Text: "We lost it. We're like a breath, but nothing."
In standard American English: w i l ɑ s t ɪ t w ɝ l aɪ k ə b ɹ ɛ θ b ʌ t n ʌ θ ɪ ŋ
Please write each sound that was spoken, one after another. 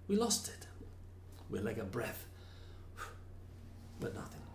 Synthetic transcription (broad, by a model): w i l ɑ s t ɪ t w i l aɪ k ə b ɹ ɛ θ b ʌ t n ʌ θ ɪ ŋ